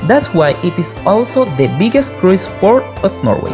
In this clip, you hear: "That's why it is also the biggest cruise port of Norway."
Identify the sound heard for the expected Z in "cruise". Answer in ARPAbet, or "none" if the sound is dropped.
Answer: S